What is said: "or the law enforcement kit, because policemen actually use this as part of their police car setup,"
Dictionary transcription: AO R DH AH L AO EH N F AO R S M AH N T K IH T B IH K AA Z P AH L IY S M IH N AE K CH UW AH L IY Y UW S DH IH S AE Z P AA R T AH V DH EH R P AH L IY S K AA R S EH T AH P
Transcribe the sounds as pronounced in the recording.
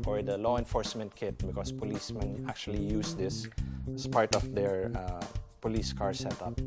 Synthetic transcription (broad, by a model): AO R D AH L AO EH N F AO R S M AH N T K IH T B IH K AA S P AH L IY S M IH N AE K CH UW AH L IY Y UW S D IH S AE S P AA R T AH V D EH R P AH L IY S K AA R S EH T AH P